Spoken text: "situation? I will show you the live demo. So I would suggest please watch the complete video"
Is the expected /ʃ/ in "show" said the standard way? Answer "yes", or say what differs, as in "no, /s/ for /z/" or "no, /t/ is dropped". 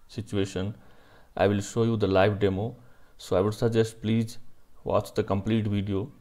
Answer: yes